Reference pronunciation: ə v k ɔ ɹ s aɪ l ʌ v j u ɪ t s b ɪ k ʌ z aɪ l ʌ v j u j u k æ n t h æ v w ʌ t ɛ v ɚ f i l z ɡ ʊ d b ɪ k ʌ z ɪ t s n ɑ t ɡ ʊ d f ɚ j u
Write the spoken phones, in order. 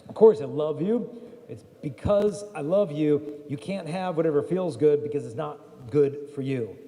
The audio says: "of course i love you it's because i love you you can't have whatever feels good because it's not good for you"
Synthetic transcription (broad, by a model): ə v k ɔ ɹ s aɪ l ʌ v j u ɪ t s b ɪ k ʌ z aɪ l ʌ v j u j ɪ k æ n t h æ v w ʌ t ɛ v ɚ f i l z ɡ ʊ d b ɪ k ʌ z ɪ t s n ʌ t ɡ ʊ d f ɚ j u